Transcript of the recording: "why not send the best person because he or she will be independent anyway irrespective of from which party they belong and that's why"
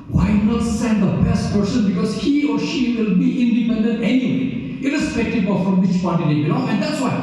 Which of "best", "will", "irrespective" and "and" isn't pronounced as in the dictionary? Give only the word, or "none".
irrespective